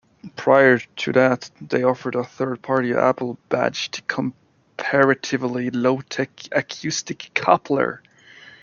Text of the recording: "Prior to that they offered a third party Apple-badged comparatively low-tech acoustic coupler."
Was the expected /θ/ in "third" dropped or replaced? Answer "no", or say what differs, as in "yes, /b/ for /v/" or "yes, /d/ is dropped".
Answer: no